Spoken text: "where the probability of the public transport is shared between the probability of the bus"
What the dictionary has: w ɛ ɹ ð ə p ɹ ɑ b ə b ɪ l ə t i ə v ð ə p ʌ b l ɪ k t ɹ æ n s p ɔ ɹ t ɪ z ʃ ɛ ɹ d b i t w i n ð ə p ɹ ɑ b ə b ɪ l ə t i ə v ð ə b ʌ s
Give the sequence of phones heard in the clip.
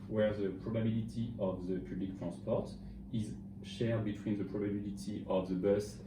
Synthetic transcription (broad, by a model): w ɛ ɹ ð ə p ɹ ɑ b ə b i l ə t i ə v ð ə p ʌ b l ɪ k t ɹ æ s p ɔ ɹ t ɪ z ʃ ɛ ɹ d b i t w i n ð ə p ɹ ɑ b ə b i l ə t i ə v ð ə b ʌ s